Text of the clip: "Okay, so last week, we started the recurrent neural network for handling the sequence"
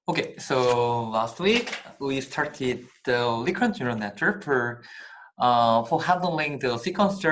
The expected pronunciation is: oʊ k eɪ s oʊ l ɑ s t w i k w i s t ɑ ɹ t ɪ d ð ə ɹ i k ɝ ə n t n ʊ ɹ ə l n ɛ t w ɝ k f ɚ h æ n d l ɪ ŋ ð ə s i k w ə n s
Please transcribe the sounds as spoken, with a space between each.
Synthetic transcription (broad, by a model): oʊ k eɪ s oʊ l ɑ s t w i k w i s t ɑ ɹ t ɪ d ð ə l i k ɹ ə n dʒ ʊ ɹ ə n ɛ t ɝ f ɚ h æ n d l ɪ ŋ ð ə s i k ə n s